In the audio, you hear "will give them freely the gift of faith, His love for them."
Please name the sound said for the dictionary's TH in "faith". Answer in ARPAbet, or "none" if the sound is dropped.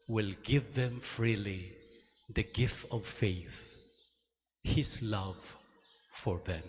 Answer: TH